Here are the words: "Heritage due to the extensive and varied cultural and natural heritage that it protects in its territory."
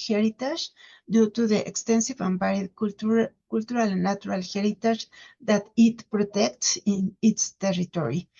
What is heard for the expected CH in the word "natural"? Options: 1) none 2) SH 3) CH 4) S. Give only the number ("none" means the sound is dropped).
1